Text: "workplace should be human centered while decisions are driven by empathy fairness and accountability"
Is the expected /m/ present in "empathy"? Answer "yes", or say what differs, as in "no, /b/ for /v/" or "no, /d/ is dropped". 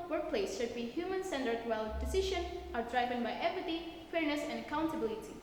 no, /m/ is dropped